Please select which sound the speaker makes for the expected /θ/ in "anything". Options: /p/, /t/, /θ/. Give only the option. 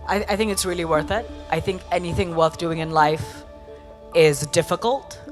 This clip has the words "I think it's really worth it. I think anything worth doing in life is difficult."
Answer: /θ/